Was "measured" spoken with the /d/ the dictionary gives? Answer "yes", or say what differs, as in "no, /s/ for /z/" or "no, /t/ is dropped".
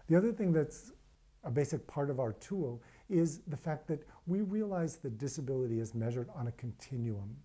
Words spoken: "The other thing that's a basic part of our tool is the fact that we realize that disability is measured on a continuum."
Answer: yes